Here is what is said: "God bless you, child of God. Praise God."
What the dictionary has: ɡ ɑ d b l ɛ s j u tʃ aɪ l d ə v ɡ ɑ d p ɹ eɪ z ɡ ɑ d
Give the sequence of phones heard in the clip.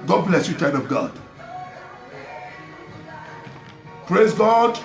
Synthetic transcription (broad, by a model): ɡ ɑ d b l ɛ s j u tʃ aɪ d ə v ɡ ɑ d p ɹ eɪ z ɡ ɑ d